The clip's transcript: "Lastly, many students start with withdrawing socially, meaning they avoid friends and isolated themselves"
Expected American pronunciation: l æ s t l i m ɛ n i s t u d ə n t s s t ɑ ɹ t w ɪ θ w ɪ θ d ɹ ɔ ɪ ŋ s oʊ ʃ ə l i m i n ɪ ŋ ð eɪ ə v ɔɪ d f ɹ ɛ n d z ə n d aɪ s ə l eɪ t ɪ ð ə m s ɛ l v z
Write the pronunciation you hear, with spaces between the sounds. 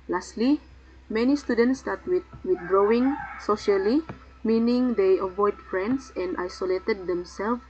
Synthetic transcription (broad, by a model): l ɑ s t l i m ɛ n i s t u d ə n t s s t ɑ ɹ t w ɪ w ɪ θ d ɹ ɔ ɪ ŋ s oʊ ʃ ə l i m i n ɪ ŋ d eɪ ə v ɔɪ d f ɹ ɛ n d s ə n d aɪ s ə l eɪ t ɪ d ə m s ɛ l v